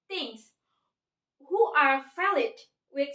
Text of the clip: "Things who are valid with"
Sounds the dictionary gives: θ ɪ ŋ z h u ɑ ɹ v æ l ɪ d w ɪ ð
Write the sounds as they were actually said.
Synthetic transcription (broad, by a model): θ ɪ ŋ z h u ɑ ɹ f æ l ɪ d w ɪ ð